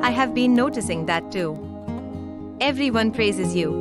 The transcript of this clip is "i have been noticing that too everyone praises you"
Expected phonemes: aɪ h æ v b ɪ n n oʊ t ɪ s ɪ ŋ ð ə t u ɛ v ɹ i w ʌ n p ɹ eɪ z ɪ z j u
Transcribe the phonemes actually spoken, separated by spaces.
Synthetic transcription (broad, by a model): aɪ h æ v b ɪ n n oʊ t ɪ s ɪ ŋ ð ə t u ɛ v ɹ i w ʌ n p ɹ eɪ z ɪ z j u